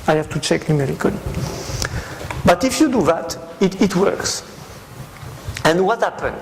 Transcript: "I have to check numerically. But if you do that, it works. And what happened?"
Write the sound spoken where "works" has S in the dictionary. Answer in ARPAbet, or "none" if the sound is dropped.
S